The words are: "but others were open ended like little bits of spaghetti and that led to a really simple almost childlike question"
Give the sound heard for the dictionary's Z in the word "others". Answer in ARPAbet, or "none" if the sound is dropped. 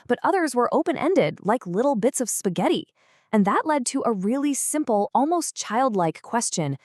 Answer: Z